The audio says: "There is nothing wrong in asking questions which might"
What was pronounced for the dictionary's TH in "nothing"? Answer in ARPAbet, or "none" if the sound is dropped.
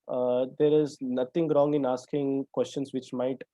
T